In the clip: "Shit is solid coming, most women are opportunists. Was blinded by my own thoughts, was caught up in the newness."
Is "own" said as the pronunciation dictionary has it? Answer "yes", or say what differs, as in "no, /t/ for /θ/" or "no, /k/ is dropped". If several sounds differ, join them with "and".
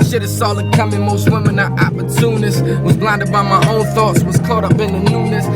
no, /l/ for /n/